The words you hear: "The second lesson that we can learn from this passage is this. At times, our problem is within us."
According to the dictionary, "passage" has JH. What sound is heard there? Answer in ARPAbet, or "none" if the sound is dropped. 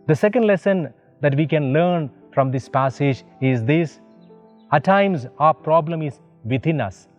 JH